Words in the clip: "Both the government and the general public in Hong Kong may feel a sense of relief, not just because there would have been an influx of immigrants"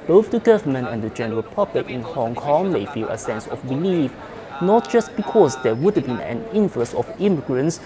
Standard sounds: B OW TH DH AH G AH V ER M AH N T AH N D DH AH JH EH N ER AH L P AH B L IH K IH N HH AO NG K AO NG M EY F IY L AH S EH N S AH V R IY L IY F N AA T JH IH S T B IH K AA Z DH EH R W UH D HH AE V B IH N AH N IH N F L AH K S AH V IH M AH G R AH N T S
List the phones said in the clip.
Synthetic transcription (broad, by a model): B OW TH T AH G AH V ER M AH N AH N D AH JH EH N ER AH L P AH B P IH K IH N HH AO NG K AO NG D EY F IY L AH S EH N S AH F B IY L IY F N AA T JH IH S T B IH K AA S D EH W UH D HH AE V B IH N AH N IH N F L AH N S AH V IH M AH G R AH N S